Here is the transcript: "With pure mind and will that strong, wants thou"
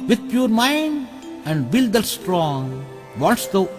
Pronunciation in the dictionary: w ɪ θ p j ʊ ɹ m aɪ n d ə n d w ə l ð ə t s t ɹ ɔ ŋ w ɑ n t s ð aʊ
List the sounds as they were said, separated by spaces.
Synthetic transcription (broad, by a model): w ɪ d p j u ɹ m aɪ n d ə n d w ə l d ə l s t ɹ ɔ ŋ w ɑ t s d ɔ